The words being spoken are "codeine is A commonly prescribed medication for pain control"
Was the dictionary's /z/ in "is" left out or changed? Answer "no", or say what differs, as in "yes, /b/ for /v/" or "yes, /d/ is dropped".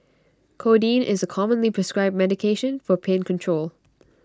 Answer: no